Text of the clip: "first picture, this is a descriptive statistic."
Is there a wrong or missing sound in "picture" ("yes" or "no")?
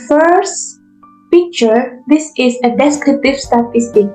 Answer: no